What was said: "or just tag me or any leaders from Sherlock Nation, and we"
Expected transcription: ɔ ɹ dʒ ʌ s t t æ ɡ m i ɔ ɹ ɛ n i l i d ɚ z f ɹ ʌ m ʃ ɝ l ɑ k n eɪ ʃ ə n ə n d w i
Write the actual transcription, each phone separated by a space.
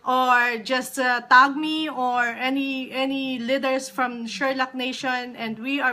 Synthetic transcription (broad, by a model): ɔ ɹ dʒ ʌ s t t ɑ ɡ m i ɔ ɹ ɛ n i n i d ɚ s f ɹ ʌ m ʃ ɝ l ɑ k n eɪ ʃ ə n ə n d w i